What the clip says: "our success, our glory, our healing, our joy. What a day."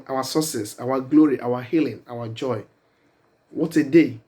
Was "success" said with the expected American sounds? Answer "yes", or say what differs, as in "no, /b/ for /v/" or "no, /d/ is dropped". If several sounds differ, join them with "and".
no, /k/ is dropped